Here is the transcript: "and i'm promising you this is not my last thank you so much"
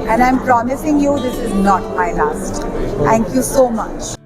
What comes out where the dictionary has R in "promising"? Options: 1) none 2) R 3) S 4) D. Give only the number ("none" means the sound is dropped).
2